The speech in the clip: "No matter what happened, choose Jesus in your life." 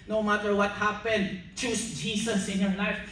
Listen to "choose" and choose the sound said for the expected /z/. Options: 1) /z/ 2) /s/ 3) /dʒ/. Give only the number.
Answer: 2